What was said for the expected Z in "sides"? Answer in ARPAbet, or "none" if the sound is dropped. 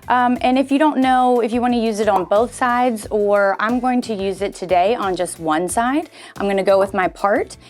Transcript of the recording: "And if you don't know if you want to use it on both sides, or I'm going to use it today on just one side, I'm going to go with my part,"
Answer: Z